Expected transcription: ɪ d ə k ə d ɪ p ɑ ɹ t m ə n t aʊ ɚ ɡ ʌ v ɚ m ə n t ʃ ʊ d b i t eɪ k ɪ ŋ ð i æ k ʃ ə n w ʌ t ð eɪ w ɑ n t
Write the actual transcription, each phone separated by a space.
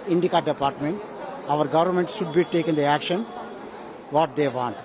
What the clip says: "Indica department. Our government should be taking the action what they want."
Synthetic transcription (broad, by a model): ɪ d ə k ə d ɪ p ɑ ɹ t m ə n t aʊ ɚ ɡ ʌ v ɚ m ə n t ʃ ʊ d b i t eɪ k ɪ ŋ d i æ k ʃ ə n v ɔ t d eɪ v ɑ n t